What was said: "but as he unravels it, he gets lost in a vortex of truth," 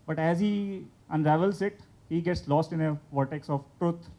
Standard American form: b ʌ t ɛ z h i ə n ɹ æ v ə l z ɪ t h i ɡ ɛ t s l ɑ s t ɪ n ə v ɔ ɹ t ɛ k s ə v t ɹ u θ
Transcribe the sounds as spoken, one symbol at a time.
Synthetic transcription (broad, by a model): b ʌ t ɛ z h i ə n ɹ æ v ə l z ɪ t h i ɡ ɛ t s l ɑ s t ɪ n ə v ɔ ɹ t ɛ k s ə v t ɹ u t